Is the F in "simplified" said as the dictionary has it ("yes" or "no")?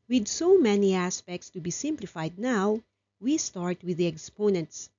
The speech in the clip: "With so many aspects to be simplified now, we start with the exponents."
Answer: yes